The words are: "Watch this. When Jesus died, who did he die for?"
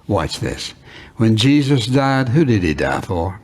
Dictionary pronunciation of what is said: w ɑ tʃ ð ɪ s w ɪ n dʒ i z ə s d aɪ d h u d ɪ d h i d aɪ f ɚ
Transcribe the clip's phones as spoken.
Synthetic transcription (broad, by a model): w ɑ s ð ɪ s w ɪ n dʒ i z ə s d aɪ d h u d ɪ d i d aɪ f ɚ